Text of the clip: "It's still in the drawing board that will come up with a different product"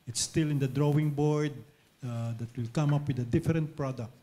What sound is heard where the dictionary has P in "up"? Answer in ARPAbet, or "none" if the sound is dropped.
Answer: P